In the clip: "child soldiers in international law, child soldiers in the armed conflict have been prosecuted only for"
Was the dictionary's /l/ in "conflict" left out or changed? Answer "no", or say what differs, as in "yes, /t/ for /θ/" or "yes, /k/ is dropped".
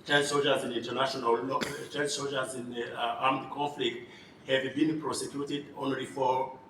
no